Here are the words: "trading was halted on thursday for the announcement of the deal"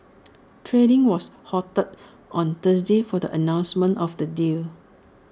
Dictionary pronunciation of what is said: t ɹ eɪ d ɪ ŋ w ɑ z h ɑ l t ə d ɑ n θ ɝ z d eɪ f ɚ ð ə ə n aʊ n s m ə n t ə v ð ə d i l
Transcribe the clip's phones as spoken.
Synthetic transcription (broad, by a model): t ɹ eɪ d ɪ ŋ w ɑ s h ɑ t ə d ɑ n t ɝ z d eɪ f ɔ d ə ə n aʊ n s m ə n t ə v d ə d i l